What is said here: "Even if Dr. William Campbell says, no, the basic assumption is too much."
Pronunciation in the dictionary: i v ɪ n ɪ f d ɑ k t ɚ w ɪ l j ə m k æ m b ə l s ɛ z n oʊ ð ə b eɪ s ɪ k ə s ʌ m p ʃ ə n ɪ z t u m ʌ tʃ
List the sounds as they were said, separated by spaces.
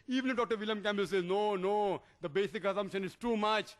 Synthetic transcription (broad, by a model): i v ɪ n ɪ d ɑ k t ɚ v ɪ l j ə m k æ m b ə l s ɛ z n oʊ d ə b eɪ s ɪ k ə s ʌ m p ʃ ə n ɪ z t u m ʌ tʃ